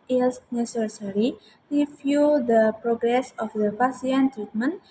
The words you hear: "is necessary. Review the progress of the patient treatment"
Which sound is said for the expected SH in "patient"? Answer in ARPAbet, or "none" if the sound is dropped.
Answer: S